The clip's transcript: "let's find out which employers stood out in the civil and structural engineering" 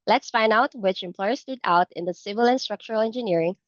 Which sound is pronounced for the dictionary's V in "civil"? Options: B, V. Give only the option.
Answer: V